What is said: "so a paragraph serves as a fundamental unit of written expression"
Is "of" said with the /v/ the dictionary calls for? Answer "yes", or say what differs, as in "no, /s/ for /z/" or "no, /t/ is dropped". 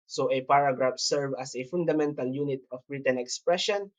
no, /b/ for /v/